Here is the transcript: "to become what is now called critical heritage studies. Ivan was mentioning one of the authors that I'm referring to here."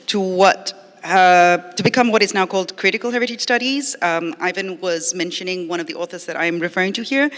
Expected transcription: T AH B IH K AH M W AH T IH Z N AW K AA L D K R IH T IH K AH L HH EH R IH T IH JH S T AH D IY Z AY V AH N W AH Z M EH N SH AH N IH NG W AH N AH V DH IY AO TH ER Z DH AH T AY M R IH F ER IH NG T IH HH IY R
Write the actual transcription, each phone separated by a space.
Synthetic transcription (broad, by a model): T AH B IH K AH M W AH T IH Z N AW K AA L D K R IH T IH K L HH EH R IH T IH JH S T AH D IY Z AY V AH N W AH Z M EH N SH AH N IH NG W AH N AH V DH IY AO TH ER Z DH AH T AY M R IH F ER IH NG T IH HH IY R